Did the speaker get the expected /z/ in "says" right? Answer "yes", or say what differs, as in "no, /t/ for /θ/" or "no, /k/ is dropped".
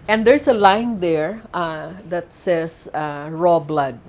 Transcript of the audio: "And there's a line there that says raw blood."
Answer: no, /s/ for /z/